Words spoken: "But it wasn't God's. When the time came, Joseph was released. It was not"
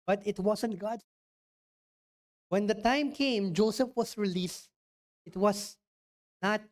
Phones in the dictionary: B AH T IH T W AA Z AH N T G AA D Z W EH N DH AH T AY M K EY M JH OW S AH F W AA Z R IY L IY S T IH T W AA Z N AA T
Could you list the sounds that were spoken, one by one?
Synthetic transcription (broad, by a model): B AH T IH T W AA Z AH N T G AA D W EH N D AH T AY M K EY M JH OW S AH F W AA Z R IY L IY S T IH T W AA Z N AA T